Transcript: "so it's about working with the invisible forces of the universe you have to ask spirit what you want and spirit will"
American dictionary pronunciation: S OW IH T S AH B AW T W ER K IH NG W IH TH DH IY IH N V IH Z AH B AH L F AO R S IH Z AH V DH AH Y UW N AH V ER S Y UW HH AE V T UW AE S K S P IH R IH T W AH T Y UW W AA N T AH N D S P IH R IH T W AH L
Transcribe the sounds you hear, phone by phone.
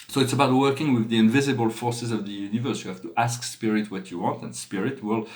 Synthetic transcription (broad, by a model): S OW IH T S AH B AW T W ER K IH NG W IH DH IY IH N V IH Z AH B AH L F AO R S IH Z AH V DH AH Y UW N AH V ER S Y UW HH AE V T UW AE S K S P IH R IH T W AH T Y UW W AA N T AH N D S P IH R IH T W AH L